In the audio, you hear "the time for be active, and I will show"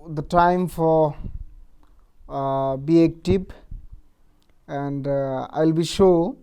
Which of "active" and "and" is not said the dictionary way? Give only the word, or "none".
active